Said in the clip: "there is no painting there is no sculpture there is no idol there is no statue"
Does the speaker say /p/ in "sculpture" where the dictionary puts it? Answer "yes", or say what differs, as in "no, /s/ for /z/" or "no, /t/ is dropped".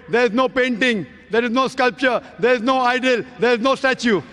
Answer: yes